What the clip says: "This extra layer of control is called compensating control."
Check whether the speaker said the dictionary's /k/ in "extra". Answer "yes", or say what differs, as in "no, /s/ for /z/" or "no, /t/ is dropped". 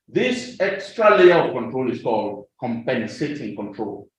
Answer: yes